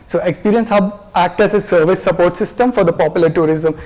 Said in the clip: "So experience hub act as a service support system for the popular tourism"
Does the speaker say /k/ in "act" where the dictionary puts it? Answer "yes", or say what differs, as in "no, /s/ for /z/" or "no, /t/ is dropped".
yes